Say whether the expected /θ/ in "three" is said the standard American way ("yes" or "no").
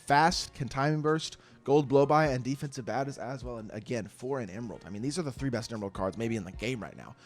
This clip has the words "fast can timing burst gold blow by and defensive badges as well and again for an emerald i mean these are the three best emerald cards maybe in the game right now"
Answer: yes